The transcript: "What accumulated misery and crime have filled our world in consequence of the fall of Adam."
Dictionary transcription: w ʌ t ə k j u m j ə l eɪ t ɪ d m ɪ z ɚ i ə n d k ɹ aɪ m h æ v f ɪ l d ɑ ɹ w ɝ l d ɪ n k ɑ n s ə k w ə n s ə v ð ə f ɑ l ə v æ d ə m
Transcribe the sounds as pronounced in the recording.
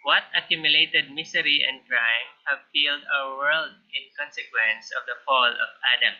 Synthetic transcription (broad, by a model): w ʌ t ə k j u m j ə l eɪ t ɪ d m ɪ s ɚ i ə n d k ɹ aɪ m h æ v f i l d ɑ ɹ w ɝ l d ɪ n k ɑ n s ə k w ə n s ə v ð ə f ɑ l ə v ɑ d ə m